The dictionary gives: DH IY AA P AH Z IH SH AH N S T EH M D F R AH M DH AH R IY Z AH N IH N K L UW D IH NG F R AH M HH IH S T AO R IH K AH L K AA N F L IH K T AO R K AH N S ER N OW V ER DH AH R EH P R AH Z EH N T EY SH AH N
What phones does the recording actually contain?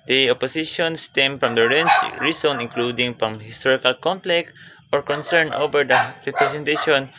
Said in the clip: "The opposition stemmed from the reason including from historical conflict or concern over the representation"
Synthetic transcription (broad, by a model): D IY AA P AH S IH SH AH N S T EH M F R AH M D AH R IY S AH N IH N K L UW D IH NG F R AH M HH IH S T AO R IH K AH L K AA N P L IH K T AO R K AH N S ER N OW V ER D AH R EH P R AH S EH N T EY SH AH N